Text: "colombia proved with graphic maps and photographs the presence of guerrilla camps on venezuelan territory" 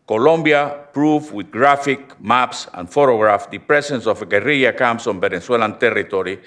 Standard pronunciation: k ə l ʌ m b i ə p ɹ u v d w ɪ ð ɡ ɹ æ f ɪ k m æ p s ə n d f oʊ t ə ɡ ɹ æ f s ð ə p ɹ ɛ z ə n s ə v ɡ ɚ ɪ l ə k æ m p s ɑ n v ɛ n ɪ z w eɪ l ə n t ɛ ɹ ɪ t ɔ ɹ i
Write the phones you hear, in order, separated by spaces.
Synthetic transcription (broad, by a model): k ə l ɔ m b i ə p ɹ u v w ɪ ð ɡ ɹ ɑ f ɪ k m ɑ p s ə n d f oʊ t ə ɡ ɹ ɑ f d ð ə p ɹ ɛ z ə n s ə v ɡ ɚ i ə k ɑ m s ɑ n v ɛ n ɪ s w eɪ l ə n t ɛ ɹ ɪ t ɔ ɹ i